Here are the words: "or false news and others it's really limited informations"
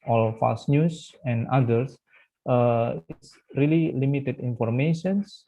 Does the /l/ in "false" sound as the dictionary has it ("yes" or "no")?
no